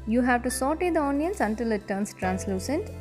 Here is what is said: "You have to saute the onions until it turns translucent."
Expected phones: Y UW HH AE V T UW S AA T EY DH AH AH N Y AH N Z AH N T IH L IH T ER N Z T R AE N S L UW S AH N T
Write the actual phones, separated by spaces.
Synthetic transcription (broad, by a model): Y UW HH AE V T UW S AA T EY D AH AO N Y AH N S AH N T IH L IH T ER N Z T R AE N S L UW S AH N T